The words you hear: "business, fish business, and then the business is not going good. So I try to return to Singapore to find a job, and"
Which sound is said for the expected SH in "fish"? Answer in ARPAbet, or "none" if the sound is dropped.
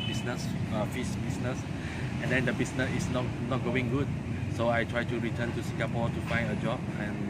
S